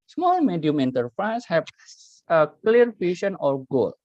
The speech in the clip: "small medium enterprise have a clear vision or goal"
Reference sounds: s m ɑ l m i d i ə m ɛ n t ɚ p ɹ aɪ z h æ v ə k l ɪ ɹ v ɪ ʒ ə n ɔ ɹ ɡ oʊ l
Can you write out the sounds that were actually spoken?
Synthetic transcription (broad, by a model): s m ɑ l m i d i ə m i n t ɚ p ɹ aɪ s h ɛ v ə k l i ɹ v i ʃ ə n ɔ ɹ ɡ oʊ l